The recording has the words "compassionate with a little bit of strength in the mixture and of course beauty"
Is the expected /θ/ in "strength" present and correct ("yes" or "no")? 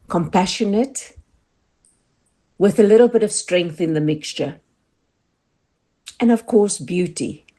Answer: yes